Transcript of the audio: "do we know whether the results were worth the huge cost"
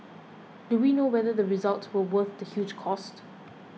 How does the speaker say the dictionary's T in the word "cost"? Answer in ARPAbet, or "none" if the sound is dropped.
T